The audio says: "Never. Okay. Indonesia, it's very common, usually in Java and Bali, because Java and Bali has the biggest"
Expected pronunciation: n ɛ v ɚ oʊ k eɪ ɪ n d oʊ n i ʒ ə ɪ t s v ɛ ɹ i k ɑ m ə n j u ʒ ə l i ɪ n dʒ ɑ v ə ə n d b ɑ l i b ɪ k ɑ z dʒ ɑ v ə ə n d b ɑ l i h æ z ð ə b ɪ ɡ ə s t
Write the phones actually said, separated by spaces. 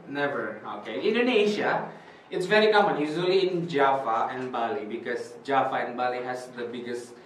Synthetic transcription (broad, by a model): n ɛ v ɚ oʊ k eɪ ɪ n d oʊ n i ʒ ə ɪ t s v ɛ ɹ i k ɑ m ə n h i z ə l i ɪ n dʒ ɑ f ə ə n d b ɑ l i b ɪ k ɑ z dʒ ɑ f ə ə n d b ɑ l i h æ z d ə b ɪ ɡ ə s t